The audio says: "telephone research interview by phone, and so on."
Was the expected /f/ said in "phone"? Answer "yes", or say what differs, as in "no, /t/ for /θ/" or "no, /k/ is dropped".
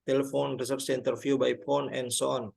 no, /p/ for /f/